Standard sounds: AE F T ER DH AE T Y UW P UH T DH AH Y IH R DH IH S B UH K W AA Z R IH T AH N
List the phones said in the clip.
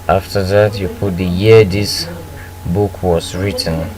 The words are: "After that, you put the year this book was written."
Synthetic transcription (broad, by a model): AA F T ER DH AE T Y UW P UH T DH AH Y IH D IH S B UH K W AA S R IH T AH N